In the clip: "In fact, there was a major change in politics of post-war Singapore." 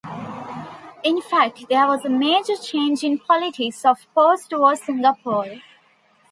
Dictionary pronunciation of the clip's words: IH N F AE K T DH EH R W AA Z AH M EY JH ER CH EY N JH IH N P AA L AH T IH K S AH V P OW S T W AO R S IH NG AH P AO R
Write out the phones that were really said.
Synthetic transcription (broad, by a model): IH N F AE K T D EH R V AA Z AH M EY JH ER CH EY N JH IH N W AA L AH T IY S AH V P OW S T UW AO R S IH NG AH P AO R